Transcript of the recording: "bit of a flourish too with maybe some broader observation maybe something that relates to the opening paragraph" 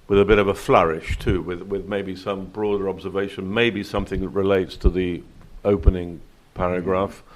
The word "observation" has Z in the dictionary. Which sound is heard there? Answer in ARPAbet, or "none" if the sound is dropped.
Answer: Z